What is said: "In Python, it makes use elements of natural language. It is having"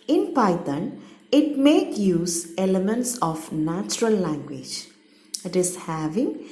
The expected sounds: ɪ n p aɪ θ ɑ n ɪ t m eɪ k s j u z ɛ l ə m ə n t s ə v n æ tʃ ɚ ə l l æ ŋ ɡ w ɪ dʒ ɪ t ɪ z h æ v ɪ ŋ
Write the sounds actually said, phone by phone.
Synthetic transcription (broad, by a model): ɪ n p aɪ t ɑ n ɪ t m eɪ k j u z ɛ l ə m ə n t s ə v n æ tʃ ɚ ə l l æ ŋ ɡ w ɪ dʒ ɪ t ɪ z h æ v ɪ ŋ